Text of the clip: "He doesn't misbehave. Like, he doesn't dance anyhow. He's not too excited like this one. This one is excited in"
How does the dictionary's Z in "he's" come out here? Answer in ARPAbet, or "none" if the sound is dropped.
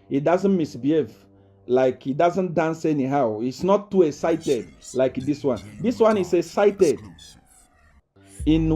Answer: S